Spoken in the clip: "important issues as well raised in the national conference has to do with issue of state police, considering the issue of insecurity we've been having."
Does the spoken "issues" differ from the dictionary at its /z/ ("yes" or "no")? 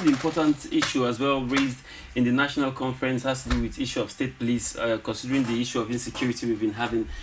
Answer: yes